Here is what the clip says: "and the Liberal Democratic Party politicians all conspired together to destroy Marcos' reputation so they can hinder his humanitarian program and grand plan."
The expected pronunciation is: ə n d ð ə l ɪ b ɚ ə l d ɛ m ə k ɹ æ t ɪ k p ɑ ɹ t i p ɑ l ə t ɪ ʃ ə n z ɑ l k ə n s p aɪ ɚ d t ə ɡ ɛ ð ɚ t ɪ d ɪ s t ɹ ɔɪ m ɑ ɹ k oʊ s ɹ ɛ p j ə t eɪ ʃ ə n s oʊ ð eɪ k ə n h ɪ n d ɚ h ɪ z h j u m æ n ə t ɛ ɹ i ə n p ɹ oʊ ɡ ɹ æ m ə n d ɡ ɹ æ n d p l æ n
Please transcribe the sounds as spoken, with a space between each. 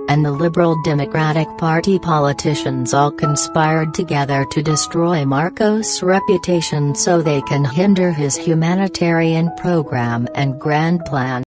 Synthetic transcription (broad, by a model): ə n ð ə l ɪ b ɚ l d ɛ m ə k ɹ æ t ɪ k p ɑ ɹ t i p ɑ l ə t ɪ ʃ ə n z ɑ l k ə n s p aɪ ɚ d t ə ɡ ɛ ð ɚ t ɪ d ɪ s t ɹ ɔɪ m ɑ ɹ k oʊ s ɹ ɛ p j ə t eɪ ʃ ə n s oʊ ð eɪ k ə n h ɪ n d ɚ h ɪ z h j u m æ n ə t ɛ ɹ i ə n p ɹ oʊ ɡ ɹ æ m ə n ɡ ɹ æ n p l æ n